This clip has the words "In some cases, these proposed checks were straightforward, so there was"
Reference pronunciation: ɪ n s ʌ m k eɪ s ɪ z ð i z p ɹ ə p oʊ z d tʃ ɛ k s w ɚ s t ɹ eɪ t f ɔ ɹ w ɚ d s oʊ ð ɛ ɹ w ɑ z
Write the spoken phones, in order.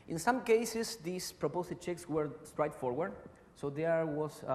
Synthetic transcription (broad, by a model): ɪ n s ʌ m k eɪ s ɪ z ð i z p ɹ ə p oʊ s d tʃ ɛ k s w ɚ s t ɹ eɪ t f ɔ ɹ w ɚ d s oʊ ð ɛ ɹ w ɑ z